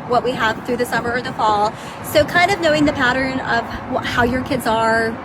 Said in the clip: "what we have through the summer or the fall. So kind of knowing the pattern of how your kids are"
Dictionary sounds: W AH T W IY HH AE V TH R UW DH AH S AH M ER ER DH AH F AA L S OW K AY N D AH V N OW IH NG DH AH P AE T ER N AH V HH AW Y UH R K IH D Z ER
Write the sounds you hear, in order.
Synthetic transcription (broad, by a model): W AH T W IY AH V TH R UW DH AH S AH M ER ER DH AH F AA L S OW K AY N D AH V N OW IH NG DH AH P AE T ER N AH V HH AW Y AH R K IH D Z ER